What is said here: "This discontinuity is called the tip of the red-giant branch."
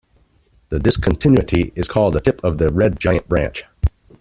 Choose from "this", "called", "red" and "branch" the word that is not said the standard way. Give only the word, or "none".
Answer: this